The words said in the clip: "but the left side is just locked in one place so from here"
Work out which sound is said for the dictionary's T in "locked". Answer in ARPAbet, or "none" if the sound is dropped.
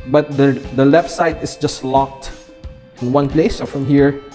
T